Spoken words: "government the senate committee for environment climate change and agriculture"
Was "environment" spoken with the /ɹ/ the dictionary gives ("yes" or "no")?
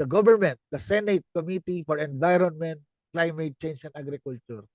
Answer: yes